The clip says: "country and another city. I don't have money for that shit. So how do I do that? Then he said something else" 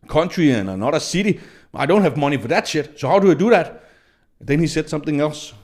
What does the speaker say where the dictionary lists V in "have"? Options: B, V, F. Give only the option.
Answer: V